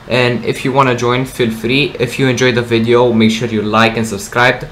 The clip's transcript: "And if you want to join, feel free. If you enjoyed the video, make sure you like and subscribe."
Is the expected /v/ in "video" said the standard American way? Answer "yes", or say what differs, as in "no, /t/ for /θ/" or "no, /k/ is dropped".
yes